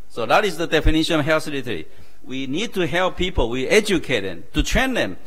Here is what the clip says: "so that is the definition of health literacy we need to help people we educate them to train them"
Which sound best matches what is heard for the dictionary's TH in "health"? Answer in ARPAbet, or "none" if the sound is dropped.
S